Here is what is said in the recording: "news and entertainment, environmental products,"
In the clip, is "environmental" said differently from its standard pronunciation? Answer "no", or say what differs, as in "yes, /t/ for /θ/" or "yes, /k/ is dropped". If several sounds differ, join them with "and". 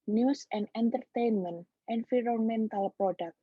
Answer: yes, /f/ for /v/